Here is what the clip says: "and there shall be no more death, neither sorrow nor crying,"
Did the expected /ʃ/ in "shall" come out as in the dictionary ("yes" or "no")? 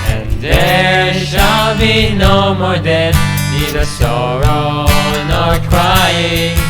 yes